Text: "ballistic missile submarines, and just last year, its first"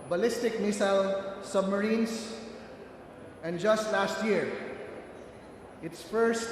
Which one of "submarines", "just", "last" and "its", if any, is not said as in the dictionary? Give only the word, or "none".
submarines